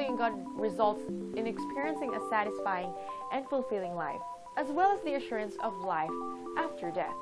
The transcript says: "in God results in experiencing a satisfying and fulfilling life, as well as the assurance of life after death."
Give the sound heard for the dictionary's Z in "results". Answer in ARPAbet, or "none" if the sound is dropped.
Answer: Z